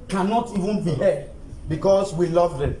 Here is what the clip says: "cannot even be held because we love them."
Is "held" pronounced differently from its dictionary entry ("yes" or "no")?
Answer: yes